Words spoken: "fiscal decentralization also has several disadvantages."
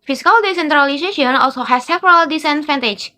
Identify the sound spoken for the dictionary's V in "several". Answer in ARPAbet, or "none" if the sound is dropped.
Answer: P